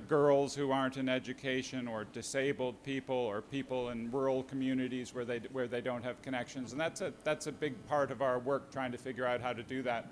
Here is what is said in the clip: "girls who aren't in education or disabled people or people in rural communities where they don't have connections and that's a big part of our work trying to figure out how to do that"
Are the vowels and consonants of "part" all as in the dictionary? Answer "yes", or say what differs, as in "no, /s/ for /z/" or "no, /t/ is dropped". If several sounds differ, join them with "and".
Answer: yes